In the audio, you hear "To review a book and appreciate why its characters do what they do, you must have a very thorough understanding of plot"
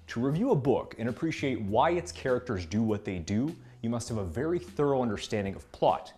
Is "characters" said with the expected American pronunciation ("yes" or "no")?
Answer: yes